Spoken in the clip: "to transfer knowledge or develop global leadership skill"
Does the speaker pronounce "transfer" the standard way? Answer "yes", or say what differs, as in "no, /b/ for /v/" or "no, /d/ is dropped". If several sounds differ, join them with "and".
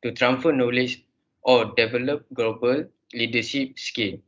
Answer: no, /s/ is dropped